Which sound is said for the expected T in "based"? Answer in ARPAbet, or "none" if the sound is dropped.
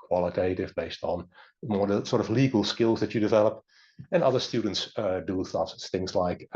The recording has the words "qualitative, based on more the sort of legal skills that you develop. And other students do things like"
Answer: T